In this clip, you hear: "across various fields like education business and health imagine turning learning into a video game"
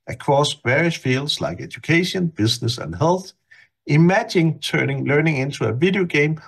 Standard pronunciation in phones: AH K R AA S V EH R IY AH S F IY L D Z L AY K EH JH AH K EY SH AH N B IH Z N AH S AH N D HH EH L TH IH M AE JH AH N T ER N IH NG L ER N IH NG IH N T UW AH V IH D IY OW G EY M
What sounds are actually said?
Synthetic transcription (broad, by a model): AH K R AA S V EH R IY AH S F IY L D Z L AY K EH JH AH K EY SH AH N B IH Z N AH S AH N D HH EH L TH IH M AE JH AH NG T ER N IH NG L ER N IH NG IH N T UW AH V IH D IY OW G EY M